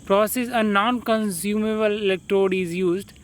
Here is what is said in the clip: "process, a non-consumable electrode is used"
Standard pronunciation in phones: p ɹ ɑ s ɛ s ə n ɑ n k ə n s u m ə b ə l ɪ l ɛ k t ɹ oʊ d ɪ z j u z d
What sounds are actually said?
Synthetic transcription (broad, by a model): p ɹ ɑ s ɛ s ə n ɑ n k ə n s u m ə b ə l ɪ l ɛ k t ɹ oʊ d ɪ z j u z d